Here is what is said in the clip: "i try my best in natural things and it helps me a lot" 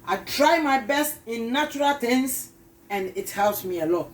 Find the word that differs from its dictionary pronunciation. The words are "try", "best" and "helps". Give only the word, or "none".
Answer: helps